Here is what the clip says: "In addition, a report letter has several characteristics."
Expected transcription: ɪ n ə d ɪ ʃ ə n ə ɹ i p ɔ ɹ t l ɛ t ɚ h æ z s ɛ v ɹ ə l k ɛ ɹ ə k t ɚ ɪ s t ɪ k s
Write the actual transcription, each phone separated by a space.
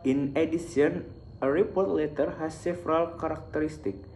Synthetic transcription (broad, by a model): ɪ n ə d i s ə n ə ɹ i p ɔ ɹ t l ɛ t ɚ h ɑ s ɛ f ɹ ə l k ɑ ɹ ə k t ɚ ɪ s t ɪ k